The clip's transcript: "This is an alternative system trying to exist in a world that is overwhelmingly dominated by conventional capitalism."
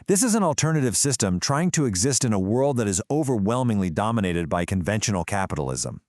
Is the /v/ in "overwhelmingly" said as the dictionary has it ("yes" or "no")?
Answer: yes